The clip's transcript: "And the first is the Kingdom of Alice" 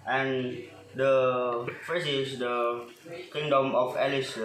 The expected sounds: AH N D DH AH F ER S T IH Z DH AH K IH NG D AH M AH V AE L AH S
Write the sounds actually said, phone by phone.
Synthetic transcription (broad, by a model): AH N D AH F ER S IH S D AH K IH NG D AH M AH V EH L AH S